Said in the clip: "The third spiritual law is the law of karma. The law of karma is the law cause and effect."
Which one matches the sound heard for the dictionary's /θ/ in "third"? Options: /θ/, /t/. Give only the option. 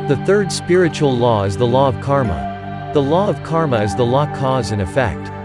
/θ/